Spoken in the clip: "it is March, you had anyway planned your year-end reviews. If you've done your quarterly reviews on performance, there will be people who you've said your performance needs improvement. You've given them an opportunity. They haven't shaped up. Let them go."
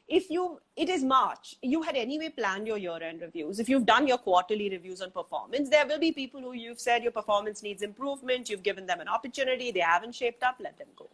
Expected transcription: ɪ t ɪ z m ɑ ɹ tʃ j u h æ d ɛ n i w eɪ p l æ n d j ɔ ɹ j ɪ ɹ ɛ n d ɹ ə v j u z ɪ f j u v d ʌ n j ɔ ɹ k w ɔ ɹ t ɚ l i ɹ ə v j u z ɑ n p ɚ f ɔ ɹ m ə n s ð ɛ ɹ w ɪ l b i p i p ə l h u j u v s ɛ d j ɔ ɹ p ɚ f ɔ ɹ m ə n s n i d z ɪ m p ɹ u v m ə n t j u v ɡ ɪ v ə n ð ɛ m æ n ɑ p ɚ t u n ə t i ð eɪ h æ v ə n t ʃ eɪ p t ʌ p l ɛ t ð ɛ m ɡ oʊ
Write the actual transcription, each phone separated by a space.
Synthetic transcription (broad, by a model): ɪ t ɪ z m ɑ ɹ tʃ j u h æ d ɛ n i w eɪ p l æ n d j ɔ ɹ j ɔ ɹ ɛ n d ɹ ə v j u z ɪ f j u v d ʌ n j ɔ ɹ k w ɔ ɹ t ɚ l i ɹ ə v j u z ɑ n p ɚ f ɔ ɹ m ə n s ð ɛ ɹ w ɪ l b i p i p ə l h u j u v s ɛ d j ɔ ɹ p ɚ f ɔ ɹ m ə n s n i d z ɪ m p ɹ u v m ə n t j u v ɡ ɪ v ə n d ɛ m æ n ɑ p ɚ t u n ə t i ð eɪ h æ v ə n t ʃ eɪ p t ʌ p l ɛ t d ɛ m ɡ oʊ